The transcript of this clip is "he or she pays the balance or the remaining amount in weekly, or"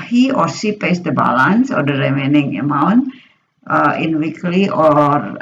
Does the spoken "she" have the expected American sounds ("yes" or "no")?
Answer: no